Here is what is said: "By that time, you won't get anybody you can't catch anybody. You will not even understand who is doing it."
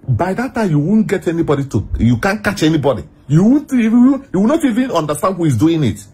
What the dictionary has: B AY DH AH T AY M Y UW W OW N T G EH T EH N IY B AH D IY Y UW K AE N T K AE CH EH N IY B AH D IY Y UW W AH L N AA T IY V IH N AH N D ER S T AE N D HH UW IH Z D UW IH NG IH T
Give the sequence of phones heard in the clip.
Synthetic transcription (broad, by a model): B AY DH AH T AY M Y UW W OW N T G EH T EH N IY B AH D IY Y UW K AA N K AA CH EH N IY B AH D IY Y UW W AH W N AA T IY V IH N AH N D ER S T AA N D HH UW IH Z D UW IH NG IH T